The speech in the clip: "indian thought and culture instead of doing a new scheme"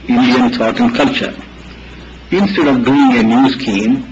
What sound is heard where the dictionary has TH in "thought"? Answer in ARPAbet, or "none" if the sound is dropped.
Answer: T